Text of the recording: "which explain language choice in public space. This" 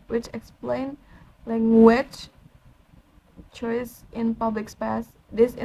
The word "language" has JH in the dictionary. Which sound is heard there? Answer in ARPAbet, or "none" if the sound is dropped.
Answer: CH